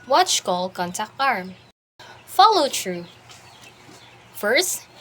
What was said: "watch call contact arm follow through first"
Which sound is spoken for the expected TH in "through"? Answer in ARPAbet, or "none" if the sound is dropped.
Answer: T